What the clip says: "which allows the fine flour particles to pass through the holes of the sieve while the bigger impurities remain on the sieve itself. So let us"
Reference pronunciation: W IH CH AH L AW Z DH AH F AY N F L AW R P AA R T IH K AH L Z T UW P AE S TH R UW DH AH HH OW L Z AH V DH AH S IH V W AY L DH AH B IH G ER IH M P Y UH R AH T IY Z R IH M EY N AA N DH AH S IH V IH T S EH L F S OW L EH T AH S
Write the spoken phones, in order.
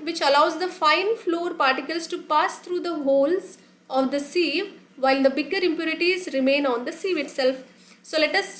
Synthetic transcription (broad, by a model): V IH CH AH L AW Z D AH F AY N F L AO R P AA R T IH K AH L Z T UW P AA S T R UW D AH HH OW L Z AH V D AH S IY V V AY L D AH B IH G ER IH M P Y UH R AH T IY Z R IH M EY N AA N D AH S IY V IH T S EH L F S OW L EH T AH S